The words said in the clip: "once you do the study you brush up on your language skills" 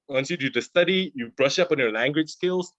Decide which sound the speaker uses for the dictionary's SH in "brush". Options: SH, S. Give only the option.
SH